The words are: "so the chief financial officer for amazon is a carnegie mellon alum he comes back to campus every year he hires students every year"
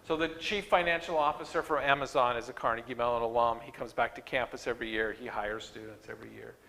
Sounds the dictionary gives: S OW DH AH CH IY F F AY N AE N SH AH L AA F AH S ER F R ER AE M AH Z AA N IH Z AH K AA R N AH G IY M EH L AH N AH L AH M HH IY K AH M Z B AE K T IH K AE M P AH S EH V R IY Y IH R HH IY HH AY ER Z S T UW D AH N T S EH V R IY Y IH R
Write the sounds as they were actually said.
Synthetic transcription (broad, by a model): S OW DH AH CH IY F F AY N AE N SH L AA F AH S ER F R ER AE M AH Z AA N IH Z AH K AA R N AH G IY M EH L AH N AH L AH M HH IY K AH M Z B AE K T IH K AE M P AH S EH V R IY Y IH R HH IY HH AY ER Z S T UW D N T S EH V R IY Y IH R